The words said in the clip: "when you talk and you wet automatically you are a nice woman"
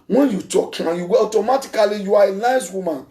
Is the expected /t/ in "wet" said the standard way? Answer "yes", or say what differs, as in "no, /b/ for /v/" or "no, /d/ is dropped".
no, /t/ is dropped